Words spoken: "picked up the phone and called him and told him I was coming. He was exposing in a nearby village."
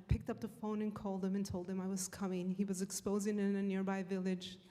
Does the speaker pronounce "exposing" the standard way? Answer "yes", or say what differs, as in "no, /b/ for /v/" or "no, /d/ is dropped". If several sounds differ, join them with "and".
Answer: yes